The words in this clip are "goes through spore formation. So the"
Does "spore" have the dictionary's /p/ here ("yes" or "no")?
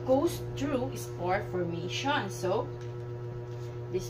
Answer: no